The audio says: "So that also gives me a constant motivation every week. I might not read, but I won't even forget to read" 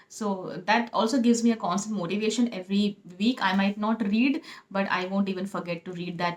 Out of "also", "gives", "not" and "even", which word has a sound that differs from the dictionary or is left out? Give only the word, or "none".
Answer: none